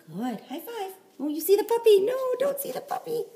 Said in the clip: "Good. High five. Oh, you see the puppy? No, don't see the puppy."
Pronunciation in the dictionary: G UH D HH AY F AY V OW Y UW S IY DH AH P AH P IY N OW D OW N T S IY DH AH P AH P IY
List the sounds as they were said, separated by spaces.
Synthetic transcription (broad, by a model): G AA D HH AY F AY OW Y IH S IY DH AH P AH P IY N OW D OW N T S IY DH AH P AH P IY